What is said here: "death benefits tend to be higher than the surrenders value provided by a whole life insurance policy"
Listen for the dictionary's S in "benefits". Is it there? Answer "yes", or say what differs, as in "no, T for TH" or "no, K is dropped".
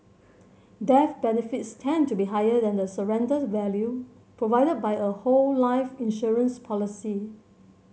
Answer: yes